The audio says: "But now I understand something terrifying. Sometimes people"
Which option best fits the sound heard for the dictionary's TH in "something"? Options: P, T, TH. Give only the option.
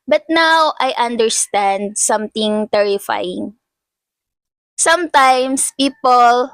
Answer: T